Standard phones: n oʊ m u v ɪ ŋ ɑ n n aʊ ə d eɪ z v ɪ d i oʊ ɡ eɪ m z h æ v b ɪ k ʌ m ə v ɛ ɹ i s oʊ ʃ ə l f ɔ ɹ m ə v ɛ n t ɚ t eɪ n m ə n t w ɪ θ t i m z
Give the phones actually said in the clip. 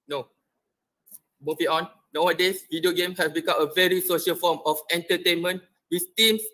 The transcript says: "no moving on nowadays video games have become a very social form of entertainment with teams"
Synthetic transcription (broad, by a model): n oʊ m u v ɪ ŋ ɑ n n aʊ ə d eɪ s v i d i oʊ ɡ eɪ m h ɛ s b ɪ k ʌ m ə v ɛ ɹ i s oʊ ʃ ə l f ɔ m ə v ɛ n t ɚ t eɪ n m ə n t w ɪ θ t i m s